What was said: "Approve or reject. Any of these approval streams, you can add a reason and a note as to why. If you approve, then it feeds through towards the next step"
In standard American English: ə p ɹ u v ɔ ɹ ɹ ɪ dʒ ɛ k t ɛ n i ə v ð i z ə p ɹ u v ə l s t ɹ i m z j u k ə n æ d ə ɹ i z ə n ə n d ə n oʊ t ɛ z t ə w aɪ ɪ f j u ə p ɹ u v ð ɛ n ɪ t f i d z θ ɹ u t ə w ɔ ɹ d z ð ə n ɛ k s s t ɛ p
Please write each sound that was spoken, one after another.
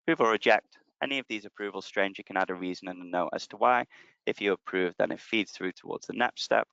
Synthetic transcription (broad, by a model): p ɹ u v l ɹ ɪ dʒ ɛ k t ɛ n i ə v ð i z ə p ɹ u v ə l s t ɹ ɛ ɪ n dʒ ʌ k ə n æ d ə ɹ i z ə n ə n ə n oʊ t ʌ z t ə w aɪ ɪ f j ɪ ə p ɹ u v ð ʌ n ɪ t f i d z θ ɹ u t ə w ɔ ɹ d z ð ə n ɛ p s s t ɛ p